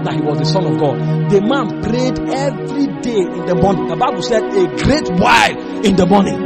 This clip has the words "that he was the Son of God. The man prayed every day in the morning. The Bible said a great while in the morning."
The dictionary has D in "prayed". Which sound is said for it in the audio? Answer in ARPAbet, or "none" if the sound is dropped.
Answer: D